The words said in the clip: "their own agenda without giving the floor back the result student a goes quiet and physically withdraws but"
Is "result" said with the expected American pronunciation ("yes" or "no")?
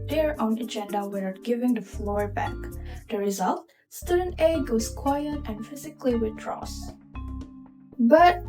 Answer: yes